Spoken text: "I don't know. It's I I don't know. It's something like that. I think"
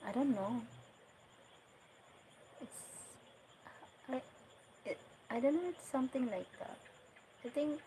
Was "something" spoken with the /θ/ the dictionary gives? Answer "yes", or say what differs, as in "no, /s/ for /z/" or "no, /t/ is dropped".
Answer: no, /t/ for /θ/